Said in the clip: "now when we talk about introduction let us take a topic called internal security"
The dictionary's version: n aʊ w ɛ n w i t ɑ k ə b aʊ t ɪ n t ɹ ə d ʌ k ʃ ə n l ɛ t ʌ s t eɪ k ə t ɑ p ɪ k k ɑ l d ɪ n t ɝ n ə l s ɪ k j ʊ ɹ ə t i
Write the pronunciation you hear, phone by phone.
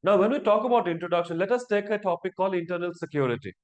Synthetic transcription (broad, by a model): n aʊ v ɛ n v i t ɑ k ə b aʊ t ɪ n t ɹ ə d ʌ k ʃ ə n l ɛ t ʌ s t eɪ k ə t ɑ p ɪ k k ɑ l ɪ n t ɝ n ə l s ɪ k j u ɹ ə t i